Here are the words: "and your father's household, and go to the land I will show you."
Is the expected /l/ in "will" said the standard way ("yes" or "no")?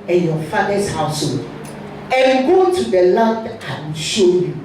no